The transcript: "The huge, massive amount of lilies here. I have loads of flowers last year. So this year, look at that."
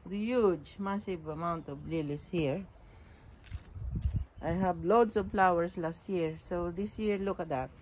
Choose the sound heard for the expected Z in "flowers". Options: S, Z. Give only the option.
S